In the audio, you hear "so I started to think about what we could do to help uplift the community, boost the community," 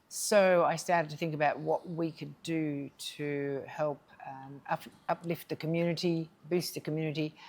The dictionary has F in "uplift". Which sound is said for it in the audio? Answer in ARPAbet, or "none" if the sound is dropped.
F